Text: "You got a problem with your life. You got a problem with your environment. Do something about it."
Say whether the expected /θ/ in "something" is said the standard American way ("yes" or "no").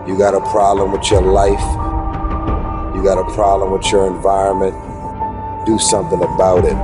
yes